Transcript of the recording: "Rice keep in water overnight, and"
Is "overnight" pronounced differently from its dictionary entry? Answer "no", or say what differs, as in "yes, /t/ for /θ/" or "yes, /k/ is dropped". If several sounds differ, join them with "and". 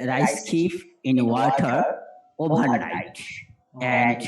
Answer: yes, /b/ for /v/